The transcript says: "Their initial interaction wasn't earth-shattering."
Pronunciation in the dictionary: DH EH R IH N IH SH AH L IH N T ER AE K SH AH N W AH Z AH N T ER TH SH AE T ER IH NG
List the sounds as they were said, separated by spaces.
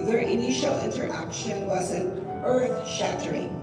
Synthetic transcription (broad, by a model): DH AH R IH N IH SH L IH N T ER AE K SH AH N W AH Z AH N ER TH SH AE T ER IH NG